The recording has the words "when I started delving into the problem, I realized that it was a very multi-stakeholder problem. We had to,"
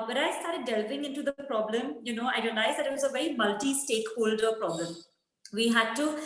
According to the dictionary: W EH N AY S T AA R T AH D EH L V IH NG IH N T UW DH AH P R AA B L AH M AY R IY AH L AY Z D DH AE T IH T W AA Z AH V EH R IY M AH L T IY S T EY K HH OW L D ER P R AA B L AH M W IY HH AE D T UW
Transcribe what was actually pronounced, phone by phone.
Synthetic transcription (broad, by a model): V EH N AY S T AA R T AH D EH L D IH NG IH N T UW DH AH P R AA B L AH M AY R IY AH L AY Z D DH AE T IH T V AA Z AH V EH R IY M AH L T IY S T EY K HH OW L D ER P R AA B L AH M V IY HH AE D T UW